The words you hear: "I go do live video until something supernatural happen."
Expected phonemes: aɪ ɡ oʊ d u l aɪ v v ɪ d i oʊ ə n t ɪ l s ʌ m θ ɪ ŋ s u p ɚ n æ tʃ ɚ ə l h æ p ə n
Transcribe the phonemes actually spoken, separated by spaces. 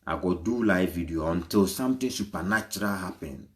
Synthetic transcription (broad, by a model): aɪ ɡ oʊ d u l aɪ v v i d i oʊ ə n t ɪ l s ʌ m t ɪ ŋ s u p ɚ n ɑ tʃ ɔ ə l h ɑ p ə n